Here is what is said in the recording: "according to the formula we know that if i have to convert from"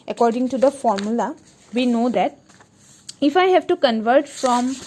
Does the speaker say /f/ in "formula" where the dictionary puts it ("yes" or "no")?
yes